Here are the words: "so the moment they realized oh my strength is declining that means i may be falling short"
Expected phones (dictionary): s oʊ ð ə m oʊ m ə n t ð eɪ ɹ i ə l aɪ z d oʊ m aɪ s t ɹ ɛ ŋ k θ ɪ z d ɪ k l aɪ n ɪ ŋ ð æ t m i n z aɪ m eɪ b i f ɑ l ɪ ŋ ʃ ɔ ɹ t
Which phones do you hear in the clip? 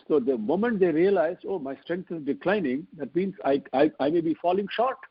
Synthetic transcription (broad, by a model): s oʊ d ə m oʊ m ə n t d eɪ ɹ i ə l aɪ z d oʊ m aɪ s t ɹ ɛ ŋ k t ɪ z d ɪ k l aɪ n ɪ ŋ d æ t m i n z aɪ m eɪ b i f ɑ l ɪ ŋ ʃ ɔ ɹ t